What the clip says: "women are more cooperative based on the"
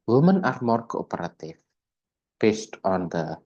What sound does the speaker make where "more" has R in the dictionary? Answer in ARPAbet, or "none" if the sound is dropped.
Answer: R